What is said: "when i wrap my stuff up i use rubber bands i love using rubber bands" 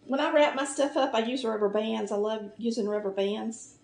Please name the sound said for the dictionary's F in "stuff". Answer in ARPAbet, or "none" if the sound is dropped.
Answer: F